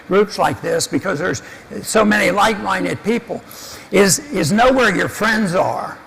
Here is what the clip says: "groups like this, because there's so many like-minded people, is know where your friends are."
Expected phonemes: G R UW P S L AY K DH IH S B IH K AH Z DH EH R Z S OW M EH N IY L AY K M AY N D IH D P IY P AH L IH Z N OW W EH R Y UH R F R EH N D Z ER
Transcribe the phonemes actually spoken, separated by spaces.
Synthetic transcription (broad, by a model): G R UW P S L AY K DH IH S B IH K AH Z DH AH R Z S OW M EH N IY L AY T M AY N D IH D P IY P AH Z IH Z N OW W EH R Y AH R F R EH N D Z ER